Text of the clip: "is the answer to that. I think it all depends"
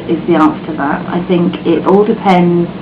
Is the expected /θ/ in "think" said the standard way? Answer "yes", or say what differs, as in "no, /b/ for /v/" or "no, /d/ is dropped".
yes